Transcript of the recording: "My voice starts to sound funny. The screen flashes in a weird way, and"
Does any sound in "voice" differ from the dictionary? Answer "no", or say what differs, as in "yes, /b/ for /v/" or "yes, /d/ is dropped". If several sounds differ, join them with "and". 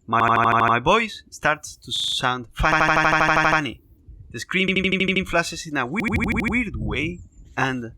yes, /b/ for /v/